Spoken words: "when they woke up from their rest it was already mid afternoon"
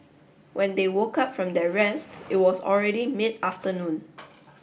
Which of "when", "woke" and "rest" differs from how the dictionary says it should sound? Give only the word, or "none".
none